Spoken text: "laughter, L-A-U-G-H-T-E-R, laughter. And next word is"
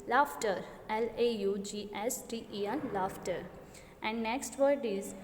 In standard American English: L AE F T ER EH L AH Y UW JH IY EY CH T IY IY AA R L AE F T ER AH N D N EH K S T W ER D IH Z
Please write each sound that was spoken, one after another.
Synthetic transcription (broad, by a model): L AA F T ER EH L AH Y UW JH IY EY S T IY IY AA L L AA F T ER AH N D N EH K S T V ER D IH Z